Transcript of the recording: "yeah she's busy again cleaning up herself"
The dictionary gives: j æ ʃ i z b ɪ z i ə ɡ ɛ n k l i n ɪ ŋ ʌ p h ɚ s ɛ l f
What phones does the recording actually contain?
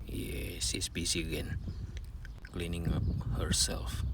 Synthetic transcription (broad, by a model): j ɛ s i s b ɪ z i ə ɡ ɛ n k l i n ɪ ŋ ʌ p h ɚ s ɛ l f